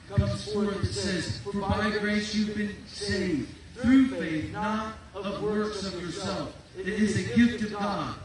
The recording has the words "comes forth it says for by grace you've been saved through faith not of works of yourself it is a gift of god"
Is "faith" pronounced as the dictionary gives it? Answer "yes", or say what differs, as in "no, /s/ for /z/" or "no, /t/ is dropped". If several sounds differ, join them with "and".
yes